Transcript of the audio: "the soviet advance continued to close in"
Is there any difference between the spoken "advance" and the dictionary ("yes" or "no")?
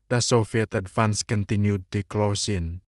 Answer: yes